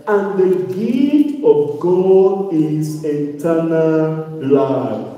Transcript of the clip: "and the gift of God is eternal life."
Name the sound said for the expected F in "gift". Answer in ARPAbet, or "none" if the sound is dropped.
none